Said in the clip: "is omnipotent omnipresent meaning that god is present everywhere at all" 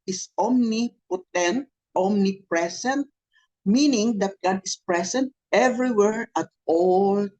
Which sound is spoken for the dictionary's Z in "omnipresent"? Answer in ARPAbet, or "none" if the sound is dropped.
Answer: S